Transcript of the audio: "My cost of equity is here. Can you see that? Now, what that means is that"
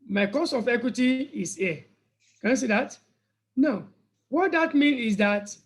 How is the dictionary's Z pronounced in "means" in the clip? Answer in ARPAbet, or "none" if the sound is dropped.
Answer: none